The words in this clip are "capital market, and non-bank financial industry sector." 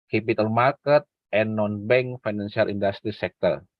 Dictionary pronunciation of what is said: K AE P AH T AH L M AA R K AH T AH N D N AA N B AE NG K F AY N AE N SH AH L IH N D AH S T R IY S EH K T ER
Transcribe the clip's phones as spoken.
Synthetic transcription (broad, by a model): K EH P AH T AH L M AA R K AH T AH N N AA N B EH NG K F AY N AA N S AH L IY N D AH S T R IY S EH K T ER